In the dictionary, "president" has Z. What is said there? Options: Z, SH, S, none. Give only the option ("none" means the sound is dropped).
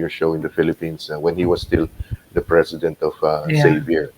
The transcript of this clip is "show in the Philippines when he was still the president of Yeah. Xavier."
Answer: S